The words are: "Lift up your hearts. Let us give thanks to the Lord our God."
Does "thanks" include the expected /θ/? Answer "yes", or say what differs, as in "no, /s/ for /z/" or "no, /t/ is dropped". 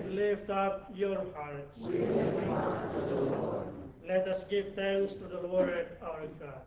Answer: no, /t/ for /θ/